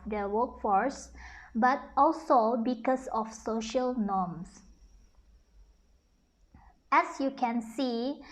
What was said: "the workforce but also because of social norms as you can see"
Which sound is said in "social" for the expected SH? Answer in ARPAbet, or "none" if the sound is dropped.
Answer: SH